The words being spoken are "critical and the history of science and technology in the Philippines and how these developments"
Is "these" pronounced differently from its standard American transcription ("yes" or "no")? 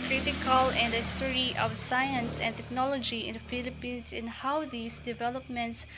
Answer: yes